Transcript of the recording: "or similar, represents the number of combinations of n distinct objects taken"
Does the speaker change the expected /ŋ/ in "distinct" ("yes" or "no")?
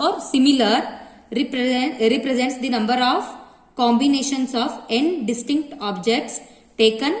no